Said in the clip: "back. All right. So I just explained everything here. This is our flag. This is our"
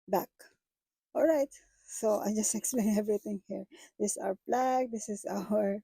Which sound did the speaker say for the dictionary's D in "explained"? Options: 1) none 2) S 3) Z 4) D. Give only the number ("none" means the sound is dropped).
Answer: 1